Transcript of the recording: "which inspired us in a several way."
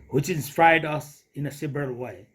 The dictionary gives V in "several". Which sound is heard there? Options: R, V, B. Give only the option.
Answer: B